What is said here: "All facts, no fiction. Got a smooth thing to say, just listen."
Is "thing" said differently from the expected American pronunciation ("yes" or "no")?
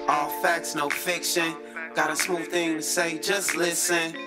no